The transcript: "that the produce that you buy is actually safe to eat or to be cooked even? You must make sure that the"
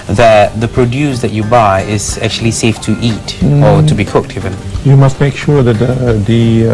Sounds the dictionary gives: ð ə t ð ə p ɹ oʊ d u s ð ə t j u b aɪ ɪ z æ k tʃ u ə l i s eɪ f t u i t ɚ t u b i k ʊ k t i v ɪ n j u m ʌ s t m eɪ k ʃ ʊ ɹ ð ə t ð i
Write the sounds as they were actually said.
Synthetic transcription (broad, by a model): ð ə t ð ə p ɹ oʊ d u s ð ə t j u b aɪ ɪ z æ k tʃ u ə l i s eɪ f t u i t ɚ t u b i k ʊ k t i v ɪ n j u m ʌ s t m eɪ k ʃ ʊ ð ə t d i